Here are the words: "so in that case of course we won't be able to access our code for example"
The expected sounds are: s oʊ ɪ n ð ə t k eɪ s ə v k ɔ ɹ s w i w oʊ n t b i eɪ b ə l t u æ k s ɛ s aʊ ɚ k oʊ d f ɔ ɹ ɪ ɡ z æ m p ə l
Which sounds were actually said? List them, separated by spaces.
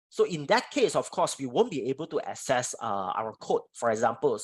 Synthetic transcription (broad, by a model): s oʊ ɪ n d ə t k eɪ s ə f k ɔ s w i w oʊ n b i eɪ b ə l t u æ s ɛ s aʊ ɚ k oʊ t f ɔ ɹ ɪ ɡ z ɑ m p ə l